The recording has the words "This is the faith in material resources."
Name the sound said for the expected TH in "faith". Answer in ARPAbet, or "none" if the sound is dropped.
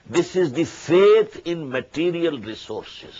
T